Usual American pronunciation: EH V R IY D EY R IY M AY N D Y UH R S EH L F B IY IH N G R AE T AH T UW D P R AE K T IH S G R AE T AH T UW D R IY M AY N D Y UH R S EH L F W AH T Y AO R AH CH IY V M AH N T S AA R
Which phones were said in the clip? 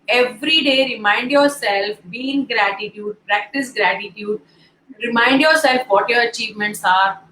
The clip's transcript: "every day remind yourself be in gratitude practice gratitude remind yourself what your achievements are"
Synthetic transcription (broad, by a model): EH V R IY D EY R IY M AY N D Y UH R S EH L F B IY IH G G R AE T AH T UW D P R AE K T IH S G R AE T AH T UW D R IY M AY N D Y UH R S EH L F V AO T Y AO R AH CH IY V M AH N T S AA R